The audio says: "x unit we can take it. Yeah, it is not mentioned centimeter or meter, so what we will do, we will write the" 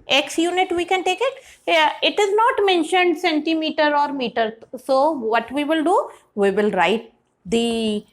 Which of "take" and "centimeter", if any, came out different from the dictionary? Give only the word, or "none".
none